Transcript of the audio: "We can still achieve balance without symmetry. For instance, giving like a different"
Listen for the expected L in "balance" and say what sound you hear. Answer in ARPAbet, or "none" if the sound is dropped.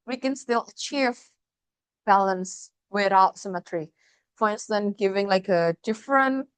L